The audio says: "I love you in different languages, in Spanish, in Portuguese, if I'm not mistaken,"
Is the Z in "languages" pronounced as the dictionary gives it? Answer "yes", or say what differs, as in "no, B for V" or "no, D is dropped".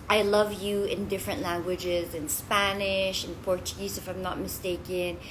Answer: yes